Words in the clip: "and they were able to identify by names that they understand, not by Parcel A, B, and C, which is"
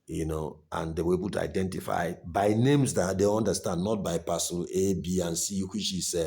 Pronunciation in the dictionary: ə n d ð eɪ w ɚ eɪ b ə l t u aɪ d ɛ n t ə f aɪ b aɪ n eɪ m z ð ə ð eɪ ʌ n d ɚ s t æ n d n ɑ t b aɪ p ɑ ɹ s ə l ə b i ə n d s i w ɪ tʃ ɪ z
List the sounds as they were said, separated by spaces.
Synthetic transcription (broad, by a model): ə n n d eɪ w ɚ eɪ b ə l t u aɪ d ɛ n t ə f aɪ b aɪ n eɪ m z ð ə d eɪ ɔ n d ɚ s t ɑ n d n ɑ t b aɪ p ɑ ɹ s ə n ə b i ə n s i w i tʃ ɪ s